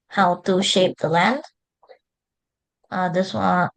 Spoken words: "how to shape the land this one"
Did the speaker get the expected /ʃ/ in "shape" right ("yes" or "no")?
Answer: yes